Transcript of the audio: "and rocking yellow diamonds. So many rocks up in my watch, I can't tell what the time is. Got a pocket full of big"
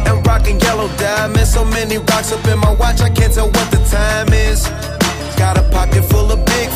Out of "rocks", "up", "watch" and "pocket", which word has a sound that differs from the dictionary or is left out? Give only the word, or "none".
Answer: up